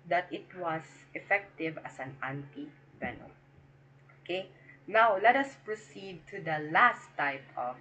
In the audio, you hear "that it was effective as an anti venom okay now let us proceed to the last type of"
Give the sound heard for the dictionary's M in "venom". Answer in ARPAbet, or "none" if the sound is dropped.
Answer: none